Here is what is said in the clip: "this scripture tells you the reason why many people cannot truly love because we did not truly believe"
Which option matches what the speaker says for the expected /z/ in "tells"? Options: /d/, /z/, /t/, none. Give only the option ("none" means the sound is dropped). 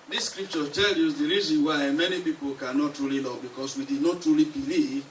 none